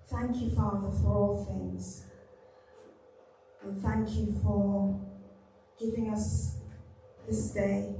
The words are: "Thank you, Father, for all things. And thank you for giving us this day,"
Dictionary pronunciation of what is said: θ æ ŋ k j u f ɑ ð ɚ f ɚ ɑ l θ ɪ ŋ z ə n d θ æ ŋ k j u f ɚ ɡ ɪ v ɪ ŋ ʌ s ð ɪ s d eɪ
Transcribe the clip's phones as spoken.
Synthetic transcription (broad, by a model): θ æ ŋ k j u f ɑ ð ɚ f ɚ ɑ l θ ɪ ŋ z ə n θ æ ŋ k j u f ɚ ɡ ɪ v ɪ ŋ ʌ s ð ɪ s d eɪ